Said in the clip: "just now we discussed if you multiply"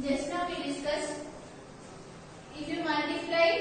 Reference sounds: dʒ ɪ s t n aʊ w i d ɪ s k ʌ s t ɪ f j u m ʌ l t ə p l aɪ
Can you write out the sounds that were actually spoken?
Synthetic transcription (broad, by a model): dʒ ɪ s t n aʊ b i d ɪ s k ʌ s ɪ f j u m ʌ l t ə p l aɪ